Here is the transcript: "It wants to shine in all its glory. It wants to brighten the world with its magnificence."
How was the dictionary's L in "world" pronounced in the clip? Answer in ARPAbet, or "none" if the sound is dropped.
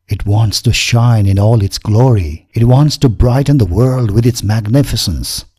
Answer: L